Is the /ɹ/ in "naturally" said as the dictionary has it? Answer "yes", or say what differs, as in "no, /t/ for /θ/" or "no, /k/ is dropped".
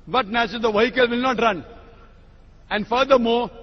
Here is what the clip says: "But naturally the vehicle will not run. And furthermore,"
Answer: no, /ɹ/ is dropped